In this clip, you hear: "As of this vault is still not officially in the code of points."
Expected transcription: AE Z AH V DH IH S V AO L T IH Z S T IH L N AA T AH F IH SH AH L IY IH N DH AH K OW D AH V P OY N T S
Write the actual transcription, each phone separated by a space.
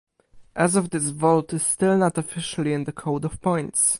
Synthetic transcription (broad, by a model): AE Z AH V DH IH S V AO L T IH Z S T IH L N AA T AH F IH SH AH L IY IH N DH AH K OW D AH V P OY N T S